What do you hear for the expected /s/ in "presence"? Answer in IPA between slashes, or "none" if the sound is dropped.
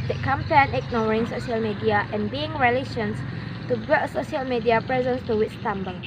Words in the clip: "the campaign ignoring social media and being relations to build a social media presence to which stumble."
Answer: /s/